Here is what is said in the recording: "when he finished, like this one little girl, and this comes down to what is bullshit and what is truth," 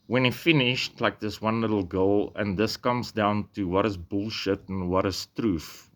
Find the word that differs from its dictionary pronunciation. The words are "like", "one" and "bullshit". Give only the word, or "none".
none